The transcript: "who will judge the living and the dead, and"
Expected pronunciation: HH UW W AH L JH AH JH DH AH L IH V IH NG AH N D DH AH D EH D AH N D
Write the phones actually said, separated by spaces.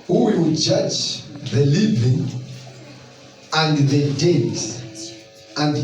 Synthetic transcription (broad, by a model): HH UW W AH W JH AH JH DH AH L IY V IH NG AH N D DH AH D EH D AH N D